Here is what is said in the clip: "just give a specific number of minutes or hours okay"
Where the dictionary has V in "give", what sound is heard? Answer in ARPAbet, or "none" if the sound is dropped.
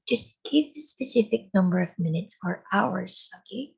P